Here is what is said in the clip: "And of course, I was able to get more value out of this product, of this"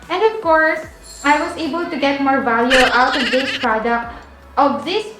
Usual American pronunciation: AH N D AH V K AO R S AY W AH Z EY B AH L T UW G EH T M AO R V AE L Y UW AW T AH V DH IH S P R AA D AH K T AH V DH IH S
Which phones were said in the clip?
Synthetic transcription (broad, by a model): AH N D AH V K AO R S AY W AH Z EY B AH L T UW G EH T M AO R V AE L Y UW AW T AH V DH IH S P R AA D AH K T AH V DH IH S